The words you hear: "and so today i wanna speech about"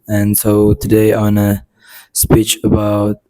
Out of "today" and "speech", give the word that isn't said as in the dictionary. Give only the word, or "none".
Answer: none